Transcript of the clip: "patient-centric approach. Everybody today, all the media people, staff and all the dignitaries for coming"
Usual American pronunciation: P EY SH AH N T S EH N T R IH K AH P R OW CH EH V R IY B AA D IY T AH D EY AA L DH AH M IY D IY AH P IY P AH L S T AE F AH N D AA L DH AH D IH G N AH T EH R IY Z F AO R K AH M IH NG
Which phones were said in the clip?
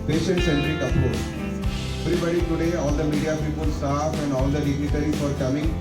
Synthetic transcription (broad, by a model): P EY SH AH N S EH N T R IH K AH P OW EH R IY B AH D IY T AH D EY AA L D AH M IY D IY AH P IY P AH L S T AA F AH N D AA L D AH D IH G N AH T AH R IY F AO R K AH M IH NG